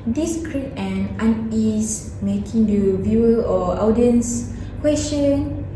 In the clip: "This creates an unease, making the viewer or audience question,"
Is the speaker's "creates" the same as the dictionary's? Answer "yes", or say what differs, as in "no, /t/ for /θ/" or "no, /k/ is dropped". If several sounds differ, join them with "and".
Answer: no, /s/ is dropped